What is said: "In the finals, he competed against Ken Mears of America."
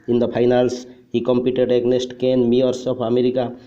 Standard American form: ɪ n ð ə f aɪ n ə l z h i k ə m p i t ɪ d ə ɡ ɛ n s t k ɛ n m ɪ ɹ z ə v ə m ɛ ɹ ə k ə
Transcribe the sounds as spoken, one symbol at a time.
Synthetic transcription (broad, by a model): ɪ n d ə p aɪ n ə l s h i k ə m p i t ɪ d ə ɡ n s t k ɛ n m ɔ ɹ s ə p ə m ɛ ɹ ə k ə